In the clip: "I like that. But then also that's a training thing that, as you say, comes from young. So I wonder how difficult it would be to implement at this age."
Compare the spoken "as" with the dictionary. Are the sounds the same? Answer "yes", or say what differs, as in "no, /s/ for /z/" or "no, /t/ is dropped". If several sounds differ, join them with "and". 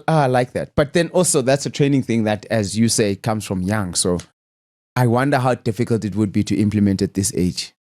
yes